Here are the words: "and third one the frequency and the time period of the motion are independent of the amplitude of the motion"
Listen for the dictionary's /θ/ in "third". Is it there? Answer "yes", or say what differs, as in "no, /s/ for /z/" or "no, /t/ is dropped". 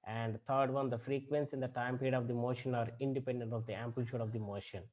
no, /t/ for /θ/